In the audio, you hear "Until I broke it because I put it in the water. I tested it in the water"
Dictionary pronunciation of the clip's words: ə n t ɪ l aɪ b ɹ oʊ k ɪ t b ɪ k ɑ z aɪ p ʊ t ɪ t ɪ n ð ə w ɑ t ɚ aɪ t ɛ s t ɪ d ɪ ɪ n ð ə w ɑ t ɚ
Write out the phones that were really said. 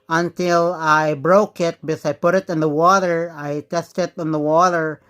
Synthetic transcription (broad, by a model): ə n t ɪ l aɪ b ɹ oʊ k ɪ t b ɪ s ɑ ɪ p ʊ t ɪ t ɪ n ð ə w ɑ t ɚ aɪ t ɛ s t ɪ d ɪ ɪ n ð ə w ɑ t ɚ